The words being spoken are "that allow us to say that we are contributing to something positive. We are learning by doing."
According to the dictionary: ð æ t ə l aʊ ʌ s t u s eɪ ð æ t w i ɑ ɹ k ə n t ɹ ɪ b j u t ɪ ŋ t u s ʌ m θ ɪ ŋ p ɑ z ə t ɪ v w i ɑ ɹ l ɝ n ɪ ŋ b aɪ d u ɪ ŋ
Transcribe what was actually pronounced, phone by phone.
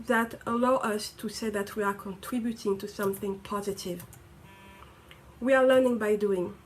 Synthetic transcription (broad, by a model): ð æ t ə l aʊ ʌ s t u s eɪ ð æ t w i ɑ ɹ k ə n t ɹ ɪ b j u t ɪ ŋ t u s ʌ m θ ɪ ŋ p ɑ z ə t ɪ v w i ɑ ɹ l ɝ n ɪ ŋ b aɪ d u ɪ ŋ